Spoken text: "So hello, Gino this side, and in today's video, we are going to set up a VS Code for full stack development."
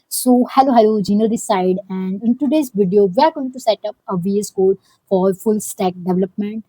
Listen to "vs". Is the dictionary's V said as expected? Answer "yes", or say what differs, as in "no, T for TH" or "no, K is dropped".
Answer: yes